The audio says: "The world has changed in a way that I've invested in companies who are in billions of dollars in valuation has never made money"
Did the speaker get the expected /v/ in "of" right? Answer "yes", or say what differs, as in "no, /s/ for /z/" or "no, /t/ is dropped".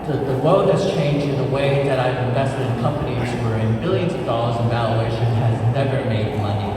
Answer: yes